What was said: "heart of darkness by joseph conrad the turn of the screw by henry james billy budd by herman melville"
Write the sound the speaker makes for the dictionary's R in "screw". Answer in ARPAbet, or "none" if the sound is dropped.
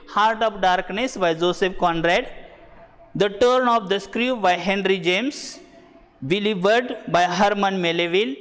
R